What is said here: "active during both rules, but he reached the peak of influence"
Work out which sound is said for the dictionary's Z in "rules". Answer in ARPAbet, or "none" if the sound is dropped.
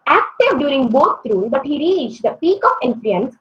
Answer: none